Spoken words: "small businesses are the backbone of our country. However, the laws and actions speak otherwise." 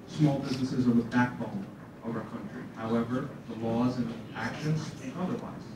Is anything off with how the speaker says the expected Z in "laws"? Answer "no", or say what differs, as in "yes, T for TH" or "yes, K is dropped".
no